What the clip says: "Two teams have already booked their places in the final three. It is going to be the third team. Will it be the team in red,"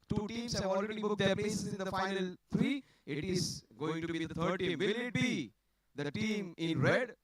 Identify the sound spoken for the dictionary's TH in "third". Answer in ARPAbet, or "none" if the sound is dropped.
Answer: T